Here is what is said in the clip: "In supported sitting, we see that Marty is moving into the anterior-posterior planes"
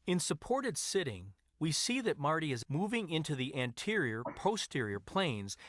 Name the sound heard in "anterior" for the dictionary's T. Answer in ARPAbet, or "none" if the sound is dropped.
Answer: T